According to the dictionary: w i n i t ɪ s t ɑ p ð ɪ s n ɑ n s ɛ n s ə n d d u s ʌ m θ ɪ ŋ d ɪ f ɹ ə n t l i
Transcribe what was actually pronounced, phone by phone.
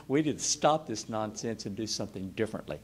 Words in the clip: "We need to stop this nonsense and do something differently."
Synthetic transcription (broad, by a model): w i i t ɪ s t ɑ p ð ɪ s n ɑ n s ɛ n s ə n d d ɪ s ʌ m θ ɪ ŋ d ɪ f ɹ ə n t l i